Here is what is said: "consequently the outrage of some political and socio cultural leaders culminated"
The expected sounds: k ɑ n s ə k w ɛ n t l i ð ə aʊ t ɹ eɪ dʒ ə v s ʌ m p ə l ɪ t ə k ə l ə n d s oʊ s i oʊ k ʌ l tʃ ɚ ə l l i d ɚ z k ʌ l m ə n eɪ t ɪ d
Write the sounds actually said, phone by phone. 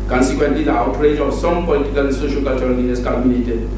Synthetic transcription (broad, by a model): k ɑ n s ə k w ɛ n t l i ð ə aʊ t ɹ eɪ dʒ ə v s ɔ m p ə l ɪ t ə k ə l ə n s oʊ ʃ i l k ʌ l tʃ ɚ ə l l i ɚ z k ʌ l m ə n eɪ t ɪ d